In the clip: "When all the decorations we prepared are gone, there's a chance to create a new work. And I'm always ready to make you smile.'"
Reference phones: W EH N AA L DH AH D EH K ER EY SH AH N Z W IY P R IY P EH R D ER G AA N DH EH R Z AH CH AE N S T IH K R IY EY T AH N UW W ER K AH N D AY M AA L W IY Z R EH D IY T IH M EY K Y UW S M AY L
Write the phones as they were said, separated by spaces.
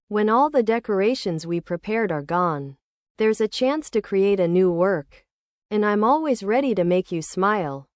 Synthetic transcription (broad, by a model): W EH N AA L DH AH D EH K ER EY SH AH N Z W IY P R IY P EH R D ER G AA N DH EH R Z AH CH AE N S T IH K R IY EY T AH N UW W ER K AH N AY M AA L W IY Z R EH D IY T IH M EY K Y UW S M AY L